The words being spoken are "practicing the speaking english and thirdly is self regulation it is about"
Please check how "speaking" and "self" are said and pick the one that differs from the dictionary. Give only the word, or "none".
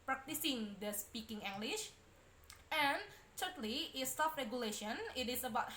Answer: self